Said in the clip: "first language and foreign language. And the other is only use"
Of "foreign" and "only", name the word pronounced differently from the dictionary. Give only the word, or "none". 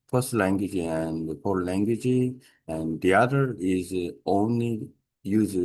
foreign